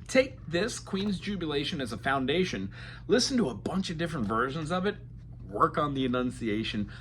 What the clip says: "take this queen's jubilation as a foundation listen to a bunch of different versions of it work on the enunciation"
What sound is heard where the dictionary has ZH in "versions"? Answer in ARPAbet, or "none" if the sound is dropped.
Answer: ZH